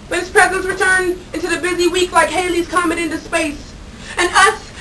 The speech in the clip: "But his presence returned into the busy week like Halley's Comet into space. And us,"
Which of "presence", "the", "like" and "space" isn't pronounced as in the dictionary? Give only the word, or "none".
none